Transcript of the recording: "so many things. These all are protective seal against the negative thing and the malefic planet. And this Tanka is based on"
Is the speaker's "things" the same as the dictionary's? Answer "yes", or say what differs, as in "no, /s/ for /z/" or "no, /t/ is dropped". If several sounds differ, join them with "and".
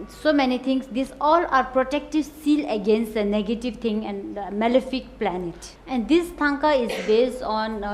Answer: no, /t/ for /θ/